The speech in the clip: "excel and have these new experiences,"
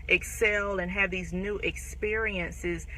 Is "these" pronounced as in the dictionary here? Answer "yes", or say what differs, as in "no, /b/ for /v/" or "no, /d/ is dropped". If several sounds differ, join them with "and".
yes